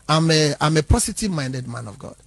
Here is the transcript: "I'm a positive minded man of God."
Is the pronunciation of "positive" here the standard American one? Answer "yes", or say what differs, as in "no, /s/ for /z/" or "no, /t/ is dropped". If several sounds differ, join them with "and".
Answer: no, /s/ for /z/